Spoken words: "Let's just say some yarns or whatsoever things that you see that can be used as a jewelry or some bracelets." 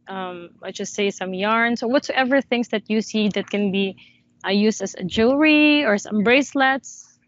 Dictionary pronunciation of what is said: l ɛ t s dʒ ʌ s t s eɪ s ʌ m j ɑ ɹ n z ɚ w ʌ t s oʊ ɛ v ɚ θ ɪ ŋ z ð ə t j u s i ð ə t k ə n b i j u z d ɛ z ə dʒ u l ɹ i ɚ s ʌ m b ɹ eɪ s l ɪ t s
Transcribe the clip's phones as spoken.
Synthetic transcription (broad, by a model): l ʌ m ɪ dʒ ʌ s t s eɪ s ʌ m j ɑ ɹ n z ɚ w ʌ t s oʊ ɛ v ɚ θ ɪ ŋ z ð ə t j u s i ð ə t k ə n b i j u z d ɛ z ə dʒ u ɹ i ɚ s ʌ m b ɹ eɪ s l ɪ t s